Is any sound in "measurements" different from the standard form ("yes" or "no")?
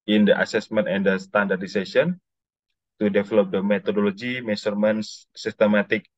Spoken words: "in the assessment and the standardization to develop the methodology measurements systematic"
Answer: yes